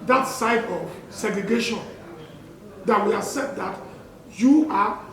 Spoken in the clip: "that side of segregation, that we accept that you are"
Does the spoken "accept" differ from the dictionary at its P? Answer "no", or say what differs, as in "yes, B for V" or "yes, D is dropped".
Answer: yes, P is dropped